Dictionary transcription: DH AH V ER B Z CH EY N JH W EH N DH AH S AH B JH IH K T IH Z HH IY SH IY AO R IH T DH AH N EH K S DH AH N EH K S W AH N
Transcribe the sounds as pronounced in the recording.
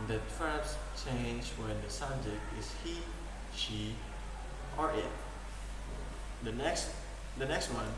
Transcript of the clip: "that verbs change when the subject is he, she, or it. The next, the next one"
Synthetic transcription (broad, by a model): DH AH F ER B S CH EY N JH W EH N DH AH S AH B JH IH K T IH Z HH IY SH IY AO R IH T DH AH N EH K S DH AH N EH K S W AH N